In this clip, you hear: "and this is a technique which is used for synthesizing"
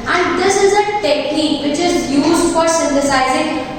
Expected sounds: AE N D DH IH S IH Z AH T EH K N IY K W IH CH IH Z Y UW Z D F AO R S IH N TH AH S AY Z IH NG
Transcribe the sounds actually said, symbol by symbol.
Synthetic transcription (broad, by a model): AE N D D IH S IH Z AH T EH K N IY K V IH CH IH Z Y UW Z D F AO R S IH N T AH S AY Z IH NG